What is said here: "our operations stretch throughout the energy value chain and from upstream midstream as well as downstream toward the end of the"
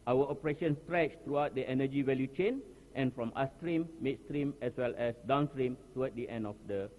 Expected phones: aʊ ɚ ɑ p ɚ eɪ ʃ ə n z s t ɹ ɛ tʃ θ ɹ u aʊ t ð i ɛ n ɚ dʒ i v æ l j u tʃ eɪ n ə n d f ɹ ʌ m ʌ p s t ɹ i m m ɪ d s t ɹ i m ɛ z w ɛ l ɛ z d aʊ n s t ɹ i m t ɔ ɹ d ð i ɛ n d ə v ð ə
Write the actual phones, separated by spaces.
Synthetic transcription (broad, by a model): aʊ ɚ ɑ p ɚ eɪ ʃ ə n s t ɹ ɛ tʃ t ɹ u aʊ t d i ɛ n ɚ dʒ i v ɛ l j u tʃ eɪ n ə n f ɹ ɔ m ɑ s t ɹ i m m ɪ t s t ɹ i m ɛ s w ɛ l ɛ s d aʊ n s t ɹ i m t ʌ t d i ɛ n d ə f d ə